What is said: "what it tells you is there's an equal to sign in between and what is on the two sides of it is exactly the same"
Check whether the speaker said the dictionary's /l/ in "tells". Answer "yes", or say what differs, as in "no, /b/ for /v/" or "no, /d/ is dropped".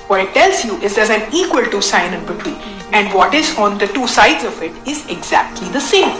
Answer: yes